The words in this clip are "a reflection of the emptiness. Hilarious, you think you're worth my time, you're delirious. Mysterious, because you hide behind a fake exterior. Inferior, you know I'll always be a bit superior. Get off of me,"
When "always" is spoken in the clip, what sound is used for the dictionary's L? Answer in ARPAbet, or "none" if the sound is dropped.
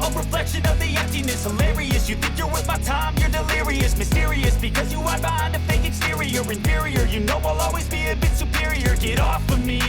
L